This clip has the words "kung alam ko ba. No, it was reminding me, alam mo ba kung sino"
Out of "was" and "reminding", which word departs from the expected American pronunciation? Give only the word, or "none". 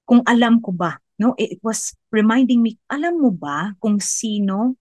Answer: was